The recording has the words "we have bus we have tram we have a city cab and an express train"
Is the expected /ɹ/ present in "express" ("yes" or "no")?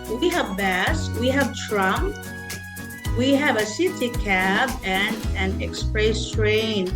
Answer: yes